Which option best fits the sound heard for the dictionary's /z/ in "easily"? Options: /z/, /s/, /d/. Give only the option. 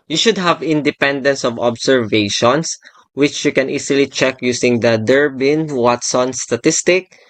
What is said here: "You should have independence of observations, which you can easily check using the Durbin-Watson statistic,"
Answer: /s/